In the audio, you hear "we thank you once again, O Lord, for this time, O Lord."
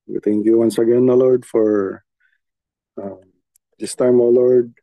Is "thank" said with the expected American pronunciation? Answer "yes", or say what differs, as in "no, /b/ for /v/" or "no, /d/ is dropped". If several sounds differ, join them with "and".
no, /t/ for /θ/